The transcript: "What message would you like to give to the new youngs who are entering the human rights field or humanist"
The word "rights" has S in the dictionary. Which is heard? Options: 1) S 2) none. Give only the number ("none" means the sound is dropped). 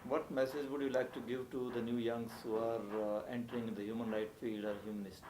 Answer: 2